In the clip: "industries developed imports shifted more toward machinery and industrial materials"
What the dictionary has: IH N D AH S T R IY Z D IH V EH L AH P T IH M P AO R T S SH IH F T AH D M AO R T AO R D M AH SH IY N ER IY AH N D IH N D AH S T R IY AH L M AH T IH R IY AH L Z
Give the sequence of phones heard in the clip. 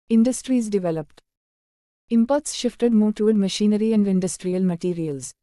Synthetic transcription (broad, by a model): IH N D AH S T R IY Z D IH V EH L AH P T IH M P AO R T S SH IH F T AH D M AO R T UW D M AH SH IY N ER IY AH N D IH N D AH S T R IY AH L M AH T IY R IY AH L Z